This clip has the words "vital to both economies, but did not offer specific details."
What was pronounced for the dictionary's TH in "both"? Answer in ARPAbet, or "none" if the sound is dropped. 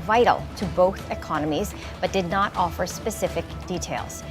TH